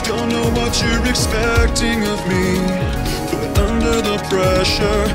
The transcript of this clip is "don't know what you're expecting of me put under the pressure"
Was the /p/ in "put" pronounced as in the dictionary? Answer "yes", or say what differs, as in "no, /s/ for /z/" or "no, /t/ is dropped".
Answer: no, /b/ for /p/